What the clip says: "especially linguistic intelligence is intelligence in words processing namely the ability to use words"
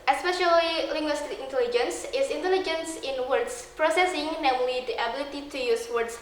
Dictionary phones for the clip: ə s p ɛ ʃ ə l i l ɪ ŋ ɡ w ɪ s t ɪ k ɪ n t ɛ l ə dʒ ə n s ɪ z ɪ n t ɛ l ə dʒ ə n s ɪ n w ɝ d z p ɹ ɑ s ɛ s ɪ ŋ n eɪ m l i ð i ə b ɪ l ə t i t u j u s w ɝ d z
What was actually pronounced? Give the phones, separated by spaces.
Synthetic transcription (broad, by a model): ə s p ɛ ʃ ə l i l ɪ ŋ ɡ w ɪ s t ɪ ɪ n t ɛ l ə dʒ ə n s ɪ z ɪ n t ɛ l ə dʒ ə n s ɪ n w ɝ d s p ɹ ɑ s ɛ s ɪ ŋ n eɪ m l i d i ə b ɪ l ə t i t u j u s w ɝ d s